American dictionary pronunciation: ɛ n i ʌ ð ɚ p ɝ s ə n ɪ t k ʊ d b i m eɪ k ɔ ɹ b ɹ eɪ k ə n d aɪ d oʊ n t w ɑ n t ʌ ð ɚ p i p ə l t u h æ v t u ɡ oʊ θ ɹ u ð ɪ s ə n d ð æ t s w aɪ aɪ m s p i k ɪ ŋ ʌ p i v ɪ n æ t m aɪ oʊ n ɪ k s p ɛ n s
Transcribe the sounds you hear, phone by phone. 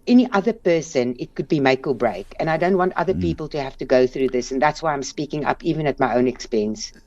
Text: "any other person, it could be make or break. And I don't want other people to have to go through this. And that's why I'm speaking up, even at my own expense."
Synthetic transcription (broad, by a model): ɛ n i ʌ ð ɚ p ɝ s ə n ɪ t k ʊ d b i m eɪ k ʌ l b ɹ eɪ k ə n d aɪ d oʊ n t w ɑ n t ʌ ð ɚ p i p ə l t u h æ f t u ɡ oʊ θ ɹ u ð ɪ s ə n ð æ t s w aɪ aɪ m s p i k ɪ ŋ ʌ p i v ɪ n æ t m aɪ oʊ n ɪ k s p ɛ n s